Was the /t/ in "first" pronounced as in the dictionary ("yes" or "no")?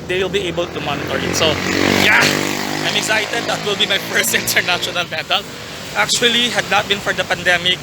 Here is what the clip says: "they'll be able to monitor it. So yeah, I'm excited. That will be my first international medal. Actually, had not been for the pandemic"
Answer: no